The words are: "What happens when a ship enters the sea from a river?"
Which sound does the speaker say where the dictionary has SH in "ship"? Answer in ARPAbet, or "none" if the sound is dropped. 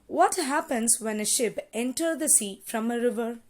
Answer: SH